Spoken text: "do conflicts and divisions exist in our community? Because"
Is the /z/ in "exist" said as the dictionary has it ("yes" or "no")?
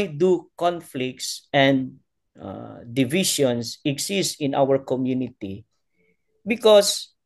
no